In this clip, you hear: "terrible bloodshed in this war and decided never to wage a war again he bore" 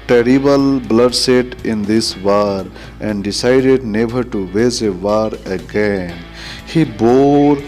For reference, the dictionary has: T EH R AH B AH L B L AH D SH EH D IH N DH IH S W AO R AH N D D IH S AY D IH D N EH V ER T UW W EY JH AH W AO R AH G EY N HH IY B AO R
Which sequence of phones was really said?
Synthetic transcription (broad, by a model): T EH R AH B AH L B L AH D S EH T IH N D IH S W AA R AH N D D IH S AY D IH D N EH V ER T UW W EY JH AH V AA R AH G EY N HH IY B AO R